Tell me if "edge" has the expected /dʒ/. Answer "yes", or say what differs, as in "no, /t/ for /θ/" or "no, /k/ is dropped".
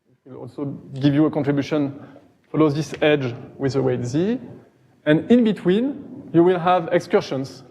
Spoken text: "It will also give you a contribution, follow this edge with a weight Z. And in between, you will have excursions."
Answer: yes